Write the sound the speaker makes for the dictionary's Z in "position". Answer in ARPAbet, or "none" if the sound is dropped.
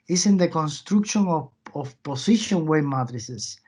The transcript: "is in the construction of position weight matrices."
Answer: S